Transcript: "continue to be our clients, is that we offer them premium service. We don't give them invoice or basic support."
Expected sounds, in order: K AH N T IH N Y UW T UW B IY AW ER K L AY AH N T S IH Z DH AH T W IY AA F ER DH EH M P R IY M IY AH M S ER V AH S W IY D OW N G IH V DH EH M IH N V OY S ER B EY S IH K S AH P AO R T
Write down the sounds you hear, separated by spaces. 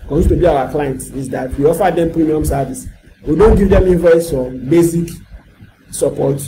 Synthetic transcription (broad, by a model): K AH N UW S T UW B IY AW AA K L AY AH N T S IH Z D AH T W IY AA F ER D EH M P R IY M IY AH M S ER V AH S W IY D OW N G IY V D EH M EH V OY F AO B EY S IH K S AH P AO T